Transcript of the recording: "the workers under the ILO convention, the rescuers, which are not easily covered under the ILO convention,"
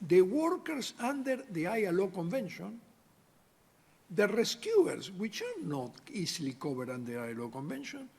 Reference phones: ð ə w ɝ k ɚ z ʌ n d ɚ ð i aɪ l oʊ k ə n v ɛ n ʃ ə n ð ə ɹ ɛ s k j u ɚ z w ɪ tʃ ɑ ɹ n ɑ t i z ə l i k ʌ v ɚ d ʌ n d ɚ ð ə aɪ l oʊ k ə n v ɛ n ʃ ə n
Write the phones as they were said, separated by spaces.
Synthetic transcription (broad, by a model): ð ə w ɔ k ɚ s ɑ n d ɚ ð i aɪ l oʊ k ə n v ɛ n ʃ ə n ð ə ɹ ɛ s k j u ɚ s w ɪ tʃ ɑ ɹ n ɑ t i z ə l i k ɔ b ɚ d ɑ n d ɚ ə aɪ l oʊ k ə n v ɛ n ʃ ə n